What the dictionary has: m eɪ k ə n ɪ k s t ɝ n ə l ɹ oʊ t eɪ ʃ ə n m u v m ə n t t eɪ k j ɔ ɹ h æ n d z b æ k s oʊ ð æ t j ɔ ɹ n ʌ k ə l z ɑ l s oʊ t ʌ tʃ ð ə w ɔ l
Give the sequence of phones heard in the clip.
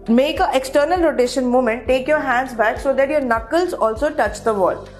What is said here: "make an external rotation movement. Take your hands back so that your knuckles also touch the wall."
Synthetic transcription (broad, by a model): m eɪ k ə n ɪ k s t ɝ n ə l ɹ oʊ t eɪ ʃ ə n m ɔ m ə n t t eɪ k j ɔ ɹ h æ n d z b æ k s oʊ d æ t j ɔ ɹ n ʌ k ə l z ɑ l s oʊ t ʌ tʃ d ə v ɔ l